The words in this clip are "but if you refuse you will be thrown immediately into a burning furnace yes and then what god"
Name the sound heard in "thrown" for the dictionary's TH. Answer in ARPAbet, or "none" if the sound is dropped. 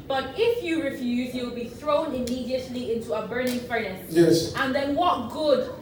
TH